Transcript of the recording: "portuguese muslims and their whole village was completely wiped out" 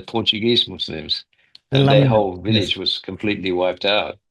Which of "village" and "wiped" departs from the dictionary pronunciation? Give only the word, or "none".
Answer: none